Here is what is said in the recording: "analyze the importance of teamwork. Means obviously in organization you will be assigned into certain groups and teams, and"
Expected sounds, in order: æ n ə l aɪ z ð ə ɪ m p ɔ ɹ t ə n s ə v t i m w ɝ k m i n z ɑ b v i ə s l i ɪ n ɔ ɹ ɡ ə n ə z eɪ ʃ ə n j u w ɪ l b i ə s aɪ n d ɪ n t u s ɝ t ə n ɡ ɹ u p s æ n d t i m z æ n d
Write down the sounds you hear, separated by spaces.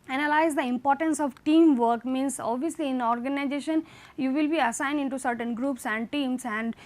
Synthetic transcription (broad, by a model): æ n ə l aɪ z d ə ɪ m p ɔ ɹ t ə n s ə v t i m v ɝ k m i n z ɑ b v i ə s l i ɪ n ɔ ɹ ɡ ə n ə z eɪ ʃ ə n j u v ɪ l b i ə s aɪ n d ɪ n t u s ɝ t ə n ɡ ɹ u p s æ n d t i m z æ n d